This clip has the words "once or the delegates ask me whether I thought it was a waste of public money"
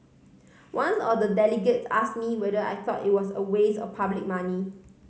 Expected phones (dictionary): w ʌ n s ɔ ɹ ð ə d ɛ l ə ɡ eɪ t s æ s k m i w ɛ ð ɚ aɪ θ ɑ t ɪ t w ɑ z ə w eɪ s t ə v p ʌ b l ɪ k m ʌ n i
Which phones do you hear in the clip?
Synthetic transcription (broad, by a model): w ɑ n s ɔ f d ə d ɛ l ə ɡ eɪ t s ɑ s m i w ɛ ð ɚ aɪ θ ɑ t ɪ t w ɑ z ə w eɪ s ə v p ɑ b l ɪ k m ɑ n i